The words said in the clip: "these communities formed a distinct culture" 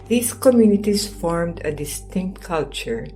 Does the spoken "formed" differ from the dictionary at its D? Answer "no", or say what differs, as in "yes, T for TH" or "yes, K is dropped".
no